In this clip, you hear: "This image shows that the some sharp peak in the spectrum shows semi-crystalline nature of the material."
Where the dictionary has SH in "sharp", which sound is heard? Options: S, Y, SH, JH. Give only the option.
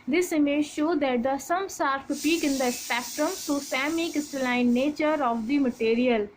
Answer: S